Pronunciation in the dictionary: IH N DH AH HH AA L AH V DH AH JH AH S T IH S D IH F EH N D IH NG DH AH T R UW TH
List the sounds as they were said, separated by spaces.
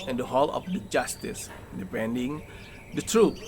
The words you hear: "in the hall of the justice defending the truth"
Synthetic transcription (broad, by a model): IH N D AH HH AA L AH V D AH JH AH S T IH S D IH P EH N D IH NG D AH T R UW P